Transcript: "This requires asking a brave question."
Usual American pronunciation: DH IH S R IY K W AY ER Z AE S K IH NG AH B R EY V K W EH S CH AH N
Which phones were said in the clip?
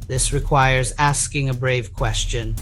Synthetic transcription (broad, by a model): DH IH S R IY K W AY ER Z AE S K IH NG AH B R EY V K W EH S CH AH N